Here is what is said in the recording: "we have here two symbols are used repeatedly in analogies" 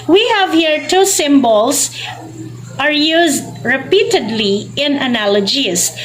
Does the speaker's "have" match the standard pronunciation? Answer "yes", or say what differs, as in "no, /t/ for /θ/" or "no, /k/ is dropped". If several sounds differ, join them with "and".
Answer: yes